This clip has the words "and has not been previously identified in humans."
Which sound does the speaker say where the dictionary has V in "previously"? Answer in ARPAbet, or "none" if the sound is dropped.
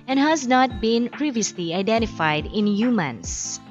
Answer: V